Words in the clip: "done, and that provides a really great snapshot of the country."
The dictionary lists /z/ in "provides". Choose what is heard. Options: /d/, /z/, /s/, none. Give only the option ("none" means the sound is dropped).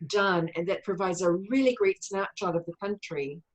/z/